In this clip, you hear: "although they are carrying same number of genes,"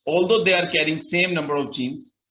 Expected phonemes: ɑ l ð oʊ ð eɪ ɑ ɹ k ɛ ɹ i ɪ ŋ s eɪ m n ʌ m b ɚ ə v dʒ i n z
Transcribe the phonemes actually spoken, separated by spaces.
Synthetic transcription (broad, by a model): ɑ l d oʊ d eɪ ɑ ɹ k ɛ ɹ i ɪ ŋ s eɪ m n ʌ m b ɚ ə v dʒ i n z